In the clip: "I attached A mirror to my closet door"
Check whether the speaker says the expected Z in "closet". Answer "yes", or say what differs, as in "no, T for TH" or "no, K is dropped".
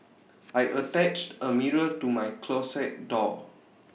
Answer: no, S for Z